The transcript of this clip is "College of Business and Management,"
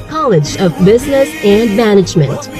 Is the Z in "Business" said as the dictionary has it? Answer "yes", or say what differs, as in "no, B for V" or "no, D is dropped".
yes